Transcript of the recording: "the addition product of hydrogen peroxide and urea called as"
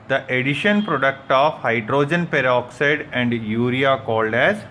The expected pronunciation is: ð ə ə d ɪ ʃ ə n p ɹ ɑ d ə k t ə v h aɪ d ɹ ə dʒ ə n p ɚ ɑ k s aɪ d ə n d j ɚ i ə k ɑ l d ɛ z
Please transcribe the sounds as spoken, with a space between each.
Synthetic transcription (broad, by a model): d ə ə d ɪ ʃ ə n p ɹ ɑ d ə k t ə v h aɪ d ɹ ə dʒ ə n p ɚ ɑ k s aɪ d ə n d j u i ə k ɑ l d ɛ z